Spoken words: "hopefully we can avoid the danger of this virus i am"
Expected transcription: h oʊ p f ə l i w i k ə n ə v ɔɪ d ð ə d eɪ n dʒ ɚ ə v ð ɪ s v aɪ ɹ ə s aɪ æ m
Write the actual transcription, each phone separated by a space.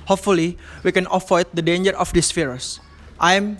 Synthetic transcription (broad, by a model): h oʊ p f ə l i w i k ə n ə f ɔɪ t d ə d eɪ n dʒ ɚ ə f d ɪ s f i ɹ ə s aɪ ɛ m